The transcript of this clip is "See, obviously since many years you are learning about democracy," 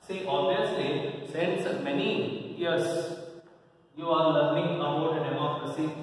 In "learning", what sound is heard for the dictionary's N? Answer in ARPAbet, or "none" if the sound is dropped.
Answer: none